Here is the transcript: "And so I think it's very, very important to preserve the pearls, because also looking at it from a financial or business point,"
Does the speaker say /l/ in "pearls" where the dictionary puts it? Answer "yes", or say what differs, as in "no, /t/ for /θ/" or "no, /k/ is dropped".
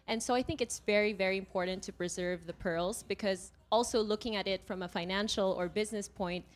yes